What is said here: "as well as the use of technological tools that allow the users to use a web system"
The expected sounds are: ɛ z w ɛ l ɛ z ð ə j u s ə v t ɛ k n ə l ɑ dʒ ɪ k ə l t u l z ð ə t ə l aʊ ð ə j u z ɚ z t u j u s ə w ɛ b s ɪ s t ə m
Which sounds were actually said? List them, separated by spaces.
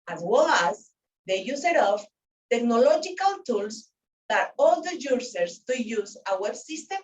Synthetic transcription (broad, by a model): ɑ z w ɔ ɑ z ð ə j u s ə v t ɛ k n ə l ɑ dʒ ɪ k ə l t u l s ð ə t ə l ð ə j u s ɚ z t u j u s ə w ɛ b s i s t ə m